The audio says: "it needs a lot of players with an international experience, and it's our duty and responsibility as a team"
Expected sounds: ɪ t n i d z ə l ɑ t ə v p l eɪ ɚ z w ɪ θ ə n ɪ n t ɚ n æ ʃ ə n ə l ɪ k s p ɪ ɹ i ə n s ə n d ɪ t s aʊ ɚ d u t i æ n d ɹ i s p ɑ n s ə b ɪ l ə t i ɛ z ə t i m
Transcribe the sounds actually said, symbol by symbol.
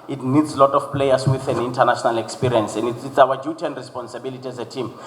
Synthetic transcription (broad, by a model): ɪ t n i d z l ɑ t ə f p l eɪ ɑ s w ɪ θ ə n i n t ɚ n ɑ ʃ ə n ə l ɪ k s p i ɹ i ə n s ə n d ɪ t s aʊ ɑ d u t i n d ɹ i s p ɑ n s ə b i l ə t i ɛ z ə t i m